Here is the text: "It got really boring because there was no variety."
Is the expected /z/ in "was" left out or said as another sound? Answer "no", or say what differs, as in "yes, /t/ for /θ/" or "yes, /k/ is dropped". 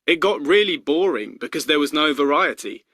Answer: no